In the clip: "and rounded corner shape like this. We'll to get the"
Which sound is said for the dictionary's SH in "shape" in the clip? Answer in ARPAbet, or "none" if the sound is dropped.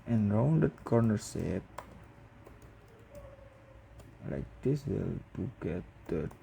S